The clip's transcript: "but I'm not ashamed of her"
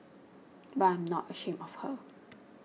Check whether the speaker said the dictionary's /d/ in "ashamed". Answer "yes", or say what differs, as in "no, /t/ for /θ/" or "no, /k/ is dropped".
no, /d/ is dropped